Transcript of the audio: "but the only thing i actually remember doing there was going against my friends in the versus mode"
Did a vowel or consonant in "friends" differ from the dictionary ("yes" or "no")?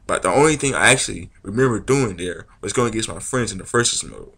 no